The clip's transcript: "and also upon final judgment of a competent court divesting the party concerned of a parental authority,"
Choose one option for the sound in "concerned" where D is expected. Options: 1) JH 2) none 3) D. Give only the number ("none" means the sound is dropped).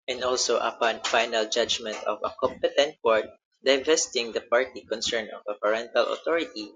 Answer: 2